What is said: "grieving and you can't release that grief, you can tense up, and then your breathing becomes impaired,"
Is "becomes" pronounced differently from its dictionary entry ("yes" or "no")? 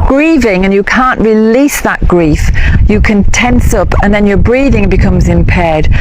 no